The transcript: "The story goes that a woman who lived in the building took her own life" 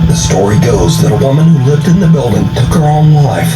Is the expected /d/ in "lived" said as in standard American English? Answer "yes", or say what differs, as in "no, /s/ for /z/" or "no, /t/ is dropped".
yes